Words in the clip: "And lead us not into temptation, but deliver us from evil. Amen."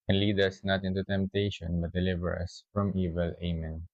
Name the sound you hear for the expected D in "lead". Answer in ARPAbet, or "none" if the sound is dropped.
D